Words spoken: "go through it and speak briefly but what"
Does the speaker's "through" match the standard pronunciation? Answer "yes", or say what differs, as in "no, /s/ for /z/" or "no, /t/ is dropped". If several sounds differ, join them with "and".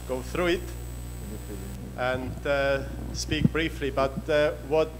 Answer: yes